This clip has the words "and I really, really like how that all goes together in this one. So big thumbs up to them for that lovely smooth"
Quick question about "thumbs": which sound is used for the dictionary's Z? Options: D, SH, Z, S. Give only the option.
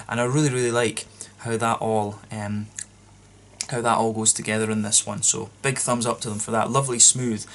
Z